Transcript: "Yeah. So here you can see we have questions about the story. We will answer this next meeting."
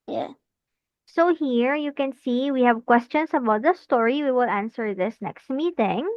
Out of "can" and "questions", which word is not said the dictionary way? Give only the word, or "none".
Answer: questions